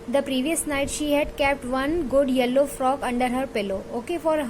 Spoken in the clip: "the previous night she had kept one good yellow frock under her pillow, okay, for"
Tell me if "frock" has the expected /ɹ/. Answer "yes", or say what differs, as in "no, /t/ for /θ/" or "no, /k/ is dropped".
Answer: yes